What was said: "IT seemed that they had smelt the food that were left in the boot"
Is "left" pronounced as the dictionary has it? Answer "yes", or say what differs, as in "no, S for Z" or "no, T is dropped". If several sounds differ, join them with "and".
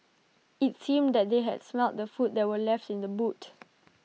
yes